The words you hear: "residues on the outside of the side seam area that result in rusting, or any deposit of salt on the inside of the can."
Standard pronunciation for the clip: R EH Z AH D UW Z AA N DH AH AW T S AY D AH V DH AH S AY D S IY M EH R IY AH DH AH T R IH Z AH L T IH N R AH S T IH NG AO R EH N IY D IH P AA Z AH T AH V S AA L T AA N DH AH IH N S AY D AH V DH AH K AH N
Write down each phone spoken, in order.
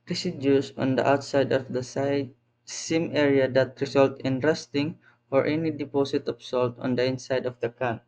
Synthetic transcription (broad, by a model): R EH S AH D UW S AA N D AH AW T S AY D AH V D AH S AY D S IY M EH R IY AH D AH T R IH S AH L T IH N R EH S T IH NG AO R EH N IY D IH P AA S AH T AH P S AA L T AA N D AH IH N S AY D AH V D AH K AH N